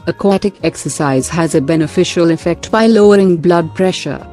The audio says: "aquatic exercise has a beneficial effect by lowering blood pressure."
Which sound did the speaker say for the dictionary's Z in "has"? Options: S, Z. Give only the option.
Z